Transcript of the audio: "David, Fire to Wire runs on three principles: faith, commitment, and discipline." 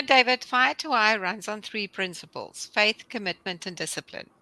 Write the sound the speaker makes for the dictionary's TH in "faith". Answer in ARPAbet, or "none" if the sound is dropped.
TH